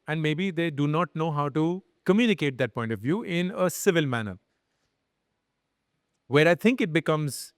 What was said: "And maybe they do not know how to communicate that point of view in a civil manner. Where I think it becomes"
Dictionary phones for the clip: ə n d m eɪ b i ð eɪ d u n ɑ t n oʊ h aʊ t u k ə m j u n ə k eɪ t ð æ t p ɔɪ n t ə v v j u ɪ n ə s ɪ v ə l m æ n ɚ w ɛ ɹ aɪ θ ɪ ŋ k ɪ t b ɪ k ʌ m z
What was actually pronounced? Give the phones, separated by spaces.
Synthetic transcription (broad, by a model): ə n d m eɪ b i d eɪ d u n ɑ t n oʊ h aʊ t u k ə m j u n ə k eɪ t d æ t p ɔɪ n t ə v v j u ɪ n ə s ɪ v ə l m æ n ɚ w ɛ ɹ aɪ t ɪ ŋ k ɪ t b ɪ k ʌ m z